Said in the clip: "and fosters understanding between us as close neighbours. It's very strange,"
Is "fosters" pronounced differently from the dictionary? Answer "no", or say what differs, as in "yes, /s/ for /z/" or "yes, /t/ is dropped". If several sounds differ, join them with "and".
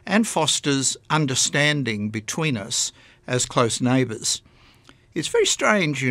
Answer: no